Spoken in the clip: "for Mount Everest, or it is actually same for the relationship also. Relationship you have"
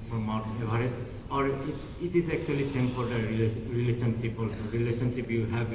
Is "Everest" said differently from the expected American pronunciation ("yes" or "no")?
yes